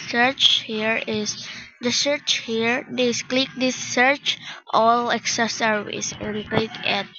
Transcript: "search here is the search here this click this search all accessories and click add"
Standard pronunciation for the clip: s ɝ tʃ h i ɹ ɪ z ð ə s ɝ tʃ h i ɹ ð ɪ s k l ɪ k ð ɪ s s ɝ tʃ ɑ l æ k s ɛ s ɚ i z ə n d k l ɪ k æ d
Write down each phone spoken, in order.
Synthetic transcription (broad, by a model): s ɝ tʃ h i ɹ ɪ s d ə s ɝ tʃ h i ɹ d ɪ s k l ɪ k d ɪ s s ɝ tʃ ɑ l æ k s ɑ s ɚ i s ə n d k l ɪ k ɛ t